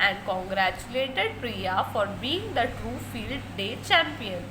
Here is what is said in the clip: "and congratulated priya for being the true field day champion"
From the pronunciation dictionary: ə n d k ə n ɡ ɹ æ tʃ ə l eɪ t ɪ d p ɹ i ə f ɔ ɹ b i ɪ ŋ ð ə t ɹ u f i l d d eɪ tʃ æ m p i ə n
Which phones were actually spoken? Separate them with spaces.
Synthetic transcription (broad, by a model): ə n d k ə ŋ ɡ ɹ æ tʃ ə l eɪ t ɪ d p ɹ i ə f ɔ ɹ b i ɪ ŋ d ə t u f i l d d eɪ tʃ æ m p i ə n